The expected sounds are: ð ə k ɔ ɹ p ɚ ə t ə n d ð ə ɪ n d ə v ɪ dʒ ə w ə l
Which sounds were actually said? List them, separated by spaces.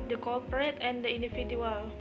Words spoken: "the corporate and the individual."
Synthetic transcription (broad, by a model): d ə k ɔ l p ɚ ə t ə n d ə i n d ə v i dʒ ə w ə l